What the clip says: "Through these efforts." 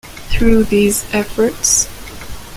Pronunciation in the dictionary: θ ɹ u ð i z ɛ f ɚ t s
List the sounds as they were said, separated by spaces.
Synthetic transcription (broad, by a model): θ ɹ u ð i z ɛ f ɚ t s